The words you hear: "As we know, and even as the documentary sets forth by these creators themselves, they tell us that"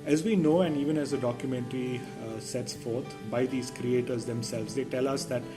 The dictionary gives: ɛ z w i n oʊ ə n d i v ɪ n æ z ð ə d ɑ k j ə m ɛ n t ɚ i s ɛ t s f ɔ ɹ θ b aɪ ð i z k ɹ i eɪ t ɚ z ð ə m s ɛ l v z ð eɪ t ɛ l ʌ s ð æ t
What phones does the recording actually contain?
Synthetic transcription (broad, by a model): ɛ z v i n oʊ ə n d i v ɪ n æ z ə d ɑ k j ə m ɛ n t ɚ i s ɛ t s f ɔ ɹ t b aɪ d i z k ɹ i eɪ t ɚ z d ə m s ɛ l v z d eɪ t ɛ l ʌ s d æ t